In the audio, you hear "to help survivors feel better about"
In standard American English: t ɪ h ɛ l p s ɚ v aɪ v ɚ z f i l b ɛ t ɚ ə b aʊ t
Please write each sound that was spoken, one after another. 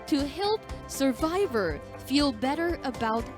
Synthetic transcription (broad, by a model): t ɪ h ɛ l p s ɚ v aɪ v ɚ f i l b ɛ t ɚ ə b aʊ t